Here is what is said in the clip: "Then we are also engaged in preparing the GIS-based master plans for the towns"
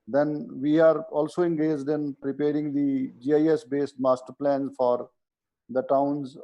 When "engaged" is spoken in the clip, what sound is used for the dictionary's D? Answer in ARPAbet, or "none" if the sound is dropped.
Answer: D